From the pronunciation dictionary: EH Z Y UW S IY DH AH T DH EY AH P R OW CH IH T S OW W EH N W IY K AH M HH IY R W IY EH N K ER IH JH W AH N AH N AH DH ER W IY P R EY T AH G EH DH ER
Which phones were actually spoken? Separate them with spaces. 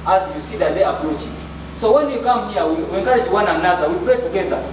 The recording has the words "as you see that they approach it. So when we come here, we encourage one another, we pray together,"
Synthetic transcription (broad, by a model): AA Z Y UW S IY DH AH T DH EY AH P R OW CH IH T S OW W EH N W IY K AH M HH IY W W IY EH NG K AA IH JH W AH N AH N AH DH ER W IY P R EY T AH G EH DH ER